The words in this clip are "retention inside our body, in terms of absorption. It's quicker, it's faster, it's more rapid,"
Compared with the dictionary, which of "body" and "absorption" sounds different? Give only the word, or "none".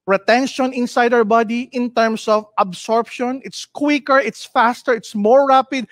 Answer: none